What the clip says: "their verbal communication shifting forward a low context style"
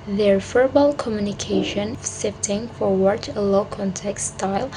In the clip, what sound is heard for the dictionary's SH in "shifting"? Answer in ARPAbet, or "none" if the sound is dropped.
S